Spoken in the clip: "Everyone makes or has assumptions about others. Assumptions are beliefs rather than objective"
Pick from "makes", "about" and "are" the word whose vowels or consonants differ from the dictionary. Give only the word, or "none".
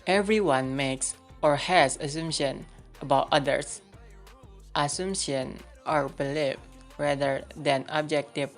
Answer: none